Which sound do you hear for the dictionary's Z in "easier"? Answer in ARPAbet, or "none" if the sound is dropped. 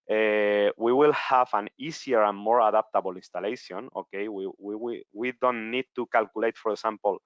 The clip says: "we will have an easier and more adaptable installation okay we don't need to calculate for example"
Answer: S